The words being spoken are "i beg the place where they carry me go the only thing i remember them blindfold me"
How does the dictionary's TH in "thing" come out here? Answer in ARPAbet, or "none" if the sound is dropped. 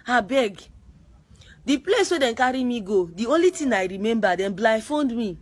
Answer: T